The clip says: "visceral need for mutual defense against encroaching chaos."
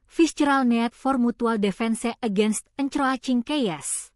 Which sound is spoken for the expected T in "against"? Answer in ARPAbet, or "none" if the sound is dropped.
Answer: T